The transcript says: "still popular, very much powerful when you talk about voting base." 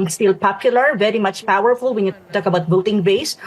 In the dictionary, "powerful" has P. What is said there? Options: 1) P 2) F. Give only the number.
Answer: 1